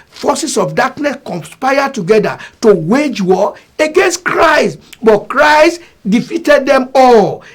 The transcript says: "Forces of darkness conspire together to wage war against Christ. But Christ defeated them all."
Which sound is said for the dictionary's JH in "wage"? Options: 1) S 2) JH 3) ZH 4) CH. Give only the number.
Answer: 2